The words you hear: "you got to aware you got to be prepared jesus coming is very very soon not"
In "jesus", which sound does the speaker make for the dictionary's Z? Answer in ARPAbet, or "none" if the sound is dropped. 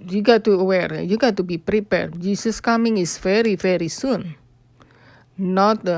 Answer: S